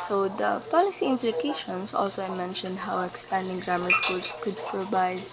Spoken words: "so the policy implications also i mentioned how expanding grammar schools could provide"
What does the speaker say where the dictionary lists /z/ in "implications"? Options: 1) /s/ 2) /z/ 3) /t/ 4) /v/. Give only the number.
1